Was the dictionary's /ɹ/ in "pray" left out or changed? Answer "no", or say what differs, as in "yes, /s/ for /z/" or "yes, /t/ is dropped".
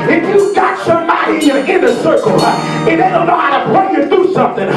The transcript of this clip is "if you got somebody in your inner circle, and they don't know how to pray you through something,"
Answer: yes, /l/ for /ɹ/